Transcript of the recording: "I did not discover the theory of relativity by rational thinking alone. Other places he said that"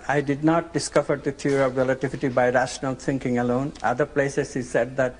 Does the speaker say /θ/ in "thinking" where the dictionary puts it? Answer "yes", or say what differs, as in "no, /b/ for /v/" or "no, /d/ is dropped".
no, /t/ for /θ/